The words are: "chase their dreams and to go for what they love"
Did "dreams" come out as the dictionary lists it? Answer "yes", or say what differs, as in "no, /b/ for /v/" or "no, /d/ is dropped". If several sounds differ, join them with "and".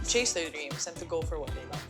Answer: no, /s/ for /z/